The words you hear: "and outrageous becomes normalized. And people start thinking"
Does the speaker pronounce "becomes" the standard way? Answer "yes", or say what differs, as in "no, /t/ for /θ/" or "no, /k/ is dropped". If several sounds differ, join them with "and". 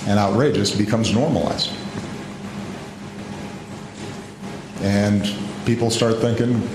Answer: yes